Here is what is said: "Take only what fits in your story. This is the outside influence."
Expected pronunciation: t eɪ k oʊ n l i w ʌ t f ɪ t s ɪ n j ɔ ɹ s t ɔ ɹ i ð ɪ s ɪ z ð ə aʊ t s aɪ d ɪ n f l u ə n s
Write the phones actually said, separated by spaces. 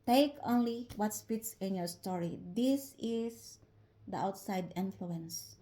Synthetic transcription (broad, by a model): t eɪ k oʊ n l i w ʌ t p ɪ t s ɪ n j ɔ ɹ s t ɔ ɹ i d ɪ s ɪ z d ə aʊ t s aɪ d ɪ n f l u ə n s